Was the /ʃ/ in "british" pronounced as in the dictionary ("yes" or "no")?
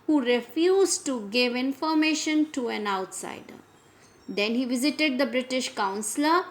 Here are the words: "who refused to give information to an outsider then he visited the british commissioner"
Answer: yes